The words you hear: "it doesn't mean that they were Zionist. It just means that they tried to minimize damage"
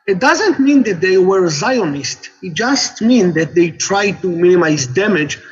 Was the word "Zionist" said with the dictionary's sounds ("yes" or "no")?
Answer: yes